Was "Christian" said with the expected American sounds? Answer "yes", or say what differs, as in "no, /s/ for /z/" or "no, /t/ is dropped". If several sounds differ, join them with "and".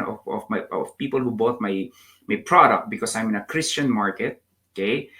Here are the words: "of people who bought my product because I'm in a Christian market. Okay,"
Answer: yes